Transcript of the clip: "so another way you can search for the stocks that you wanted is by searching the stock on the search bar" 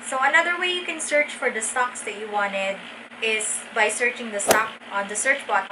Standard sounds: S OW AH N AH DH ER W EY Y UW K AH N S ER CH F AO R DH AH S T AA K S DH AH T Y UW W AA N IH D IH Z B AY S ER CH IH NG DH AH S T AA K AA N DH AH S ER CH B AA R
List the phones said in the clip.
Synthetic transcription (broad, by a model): S OW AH N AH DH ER W EY Y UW K AH N S ER CH F AO R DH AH S T AA K S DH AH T Y UW W AA N IH D IH S B AY S ER CH IH NG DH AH S T AA K AA N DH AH S ER CH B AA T